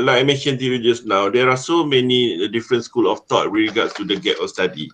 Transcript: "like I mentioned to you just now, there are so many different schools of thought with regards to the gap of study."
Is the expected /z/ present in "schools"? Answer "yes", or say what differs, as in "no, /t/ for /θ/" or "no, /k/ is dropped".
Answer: no, /z/ is dropped